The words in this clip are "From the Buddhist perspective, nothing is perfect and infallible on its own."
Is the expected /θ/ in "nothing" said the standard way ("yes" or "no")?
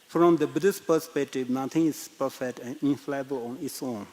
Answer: no